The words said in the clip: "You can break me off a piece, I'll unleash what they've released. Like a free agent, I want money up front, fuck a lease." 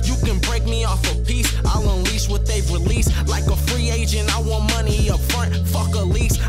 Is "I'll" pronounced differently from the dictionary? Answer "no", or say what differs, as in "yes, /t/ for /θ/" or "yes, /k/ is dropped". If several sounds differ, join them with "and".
no